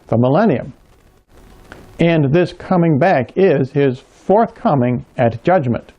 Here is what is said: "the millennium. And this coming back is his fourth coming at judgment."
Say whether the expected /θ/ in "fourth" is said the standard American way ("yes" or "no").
yes